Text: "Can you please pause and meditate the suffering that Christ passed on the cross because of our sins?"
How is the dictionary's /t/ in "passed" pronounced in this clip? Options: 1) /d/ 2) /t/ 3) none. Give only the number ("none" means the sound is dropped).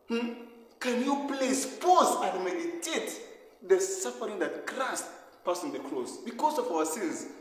3